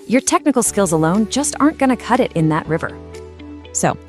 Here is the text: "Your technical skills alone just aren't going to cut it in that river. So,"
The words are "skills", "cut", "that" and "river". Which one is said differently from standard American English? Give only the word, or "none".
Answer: none